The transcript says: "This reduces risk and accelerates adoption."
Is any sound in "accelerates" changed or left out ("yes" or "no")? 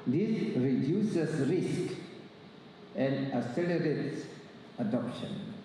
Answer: yes